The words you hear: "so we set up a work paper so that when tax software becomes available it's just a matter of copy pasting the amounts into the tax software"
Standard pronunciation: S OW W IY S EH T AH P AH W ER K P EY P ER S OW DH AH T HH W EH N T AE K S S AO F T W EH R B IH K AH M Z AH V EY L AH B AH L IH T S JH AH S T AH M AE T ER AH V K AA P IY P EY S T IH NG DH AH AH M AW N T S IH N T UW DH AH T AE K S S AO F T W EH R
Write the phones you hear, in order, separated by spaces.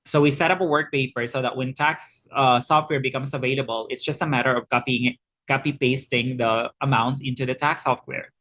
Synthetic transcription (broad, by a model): S OW W IY S EH T AH P AH W ER K P EY P ER S OW DH AH T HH W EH N T AE K S S AO F T W EH R B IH K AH M S AH V EY L AH B AH L IH T S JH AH S T AH M AE T ER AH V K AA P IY P EY S T IH NG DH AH AH M AW N T S IH N T UW DH AH T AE K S S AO F T W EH R